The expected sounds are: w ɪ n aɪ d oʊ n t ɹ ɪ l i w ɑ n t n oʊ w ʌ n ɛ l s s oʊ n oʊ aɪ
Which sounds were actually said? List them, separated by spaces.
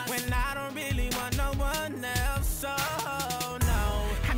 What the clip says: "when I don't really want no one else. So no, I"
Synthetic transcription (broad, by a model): w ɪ n aɪ d oʊ n t ɹ ɪ l i w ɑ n n oʊ w ʌ n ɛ l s s oʊ n oʊ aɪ